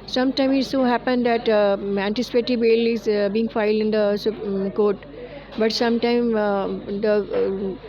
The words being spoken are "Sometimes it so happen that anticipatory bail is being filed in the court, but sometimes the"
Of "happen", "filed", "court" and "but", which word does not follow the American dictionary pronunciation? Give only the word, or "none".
none